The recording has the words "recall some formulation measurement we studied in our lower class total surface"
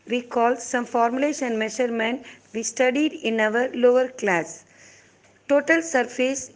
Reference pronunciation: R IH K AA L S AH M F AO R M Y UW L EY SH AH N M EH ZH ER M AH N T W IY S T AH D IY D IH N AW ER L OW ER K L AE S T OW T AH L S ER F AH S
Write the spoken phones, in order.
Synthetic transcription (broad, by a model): R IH K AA L S AH M F AO R M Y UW L EY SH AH N M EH SH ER M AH N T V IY S T AH D IY D IH N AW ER L OW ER K L AE S T OW T AH L S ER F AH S